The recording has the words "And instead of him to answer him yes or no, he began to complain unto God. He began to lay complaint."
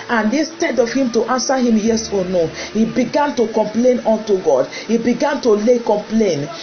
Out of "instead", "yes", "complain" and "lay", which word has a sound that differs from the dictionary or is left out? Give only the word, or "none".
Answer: instead